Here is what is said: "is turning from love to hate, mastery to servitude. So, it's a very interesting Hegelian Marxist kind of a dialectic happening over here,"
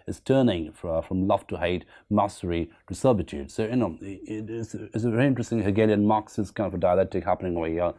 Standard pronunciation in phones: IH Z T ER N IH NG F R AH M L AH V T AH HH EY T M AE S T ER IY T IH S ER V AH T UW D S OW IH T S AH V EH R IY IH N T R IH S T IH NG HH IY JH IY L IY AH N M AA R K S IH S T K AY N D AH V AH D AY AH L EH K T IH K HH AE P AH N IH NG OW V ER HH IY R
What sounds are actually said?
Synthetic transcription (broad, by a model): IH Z T ER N IH NG F R AH M L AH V T AH HH EY T M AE S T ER IY T IH S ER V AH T UW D S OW IH T S AH V EH R IY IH N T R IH S T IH NG HH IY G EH L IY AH N M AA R K S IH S K AY N D AH V AH D AY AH L EH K T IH K HH AE P AH N IH NG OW ER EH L